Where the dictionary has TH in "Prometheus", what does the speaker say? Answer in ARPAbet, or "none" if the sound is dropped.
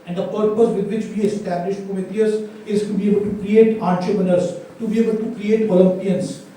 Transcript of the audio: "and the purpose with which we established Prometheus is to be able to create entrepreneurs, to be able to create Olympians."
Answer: T